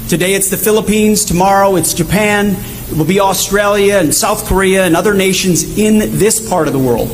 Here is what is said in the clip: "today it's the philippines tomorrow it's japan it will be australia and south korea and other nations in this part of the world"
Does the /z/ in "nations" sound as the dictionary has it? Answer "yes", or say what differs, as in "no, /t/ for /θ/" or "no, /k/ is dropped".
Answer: yes